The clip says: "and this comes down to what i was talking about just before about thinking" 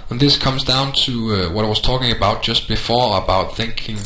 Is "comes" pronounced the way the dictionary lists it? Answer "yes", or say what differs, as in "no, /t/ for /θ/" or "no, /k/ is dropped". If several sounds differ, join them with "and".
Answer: yes